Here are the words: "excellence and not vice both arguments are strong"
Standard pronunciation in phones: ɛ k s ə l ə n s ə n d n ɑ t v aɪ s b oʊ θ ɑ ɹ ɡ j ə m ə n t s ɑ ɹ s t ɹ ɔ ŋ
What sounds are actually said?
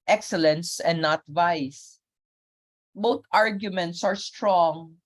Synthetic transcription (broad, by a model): ɛ k s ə l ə n s ə n d n ɑ t v aɪ s b oʊ t ɑ ɹ ɡ j ə m ə n t s ɑ ɹ s t ɹ ɔ ŋ